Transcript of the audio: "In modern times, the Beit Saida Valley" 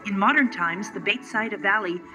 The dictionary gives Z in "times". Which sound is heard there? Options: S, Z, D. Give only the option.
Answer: Z